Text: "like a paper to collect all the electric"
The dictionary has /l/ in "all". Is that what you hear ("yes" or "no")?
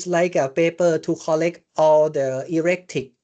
yes